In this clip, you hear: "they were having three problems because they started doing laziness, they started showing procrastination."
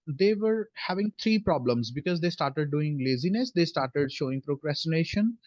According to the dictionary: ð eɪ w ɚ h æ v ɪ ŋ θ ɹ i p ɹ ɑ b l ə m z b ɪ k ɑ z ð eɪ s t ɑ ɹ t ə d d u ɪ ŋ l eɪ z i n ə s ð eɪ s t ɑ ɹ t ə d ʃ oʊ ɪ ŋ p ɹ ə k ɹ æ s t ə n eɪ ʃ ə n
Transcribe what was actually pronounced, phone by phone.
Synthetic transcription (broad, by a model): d eɪ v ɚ h æ v ɪ ŋ t ɹ i p ɹ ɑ b l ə m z b ɪ k ɑ z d eɪ s t ɑ ɹ t ə d d u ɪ ŋ l eɪ z i n ə s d eɪ s t ɑ ɹ t ə d ʃ oʊ ɪ ŋ p ɹ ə k ɹ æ s t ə n eɪ ʃ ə n